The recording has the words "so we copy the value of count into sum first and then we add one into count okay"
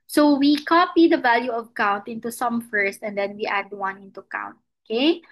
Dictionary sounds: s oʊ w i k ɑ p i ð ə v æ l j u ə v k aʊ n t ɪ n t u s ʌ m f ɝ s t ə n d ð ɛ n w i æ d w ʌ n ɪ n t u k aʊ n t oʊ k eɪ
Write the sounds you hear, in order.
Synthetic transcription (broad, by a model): s oʊ w i k ɑ p i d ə v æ l j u ə v k aʊ n t ɪ n t u s ʌ m f ɝ s t ə n d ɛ n w i æ d w ʌ n ɪ n t u k aʊ n t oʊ k eɪ